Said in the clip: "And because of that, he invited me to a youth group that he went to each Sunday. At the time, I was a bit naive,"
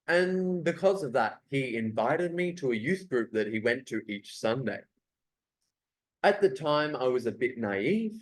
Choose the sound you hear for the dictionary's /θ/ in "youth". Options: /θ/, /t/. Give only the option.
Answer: /θ/